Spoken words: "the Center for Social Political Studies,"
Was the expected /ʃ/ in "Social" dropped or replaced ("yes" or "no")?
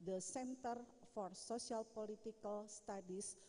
yes